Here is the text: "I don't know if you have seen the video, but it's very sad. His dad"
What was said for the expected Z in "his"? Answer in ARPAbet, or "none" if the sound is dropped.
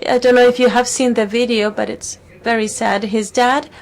Z